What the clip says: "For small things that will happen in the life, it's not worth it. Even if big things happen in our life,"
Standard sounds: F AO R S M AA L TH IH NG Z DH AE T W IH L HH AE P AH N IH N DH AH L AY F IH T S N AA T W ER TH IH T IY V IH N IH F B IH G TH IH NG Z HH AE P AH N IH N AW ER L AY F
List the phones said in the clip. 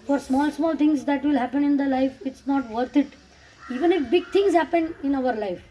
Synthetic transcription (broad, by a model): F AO R S M AA L T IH NG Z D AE T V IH L HH AE P AH N IH N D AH L AY F IH T S N AA T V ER T IH T IY V IH N IH F B IH G T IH NG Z HH AE P AH N IH N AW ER L AY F